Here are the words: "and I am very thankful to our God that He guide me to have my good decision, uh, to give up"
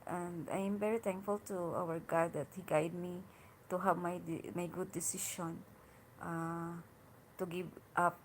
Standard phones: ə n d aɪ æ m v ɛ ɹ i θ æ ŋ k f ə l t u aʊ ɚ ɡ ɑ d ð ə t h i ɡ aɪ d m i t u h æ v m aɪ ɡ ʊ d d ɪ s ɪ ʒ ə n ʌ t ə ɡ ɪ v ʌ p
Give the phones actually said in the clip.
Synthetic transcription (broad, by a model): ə n d aɪ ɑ m v ɛ ɹ i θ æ ŋ k f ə l t u aʊ ɚ ɡ ɑ d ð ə t h i ɡ aɪ d m i t u h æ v m aɪ ɡ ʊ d d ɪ s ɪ ʃ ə n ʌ t ə ɡ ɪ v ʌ p